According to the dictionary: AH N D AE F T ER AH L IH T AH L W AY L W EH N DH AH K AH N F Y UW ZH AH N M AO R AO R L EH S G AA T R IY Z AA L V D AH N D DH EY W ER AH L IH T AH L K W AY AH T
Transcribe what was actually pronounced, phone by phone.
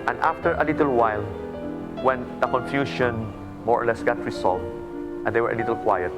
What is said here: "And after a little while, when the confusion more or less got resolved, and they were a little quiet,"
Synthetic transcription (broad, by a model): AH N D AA F T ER AH L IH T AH L W AY L W EH N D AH K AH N F Y UW SH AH N M AO R AO R L EH S G AA T R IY S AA L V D AH N D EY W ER AH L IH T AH L K W AY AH T